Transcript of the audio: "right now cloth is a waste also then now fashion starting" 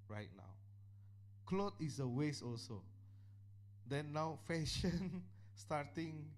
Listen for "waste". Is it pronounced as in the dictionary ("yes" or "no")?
no